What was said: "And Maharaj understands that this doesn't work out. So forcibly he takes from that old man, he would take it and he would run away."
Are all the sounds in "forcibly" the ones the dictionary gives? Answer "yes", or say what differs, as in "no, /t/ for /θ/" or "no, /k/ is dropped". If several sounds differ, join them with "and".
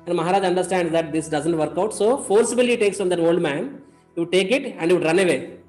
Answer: no, /l/ is dropped